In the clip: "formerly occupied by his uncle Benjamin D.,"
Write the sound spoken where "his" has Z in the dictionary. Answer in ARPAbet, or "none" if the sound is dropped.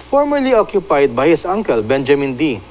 S